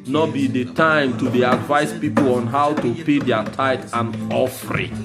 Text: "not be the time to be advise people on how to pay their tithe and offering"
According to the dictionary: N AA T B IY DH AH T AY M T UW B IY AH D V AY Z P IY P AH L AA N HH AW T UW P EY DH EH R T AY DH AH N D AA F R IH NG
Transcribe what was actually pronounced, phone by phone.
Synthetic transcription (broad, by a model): N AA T B IY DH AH T AY M T UW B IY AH D V AY S P IY P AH L AA N HH AW T UW P EY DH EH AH T AY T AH N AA F R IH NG